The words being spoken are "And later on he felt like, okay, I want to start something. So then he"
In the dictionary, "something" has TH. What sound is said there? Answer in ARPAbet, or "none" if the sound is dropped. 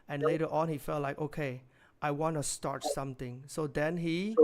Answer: T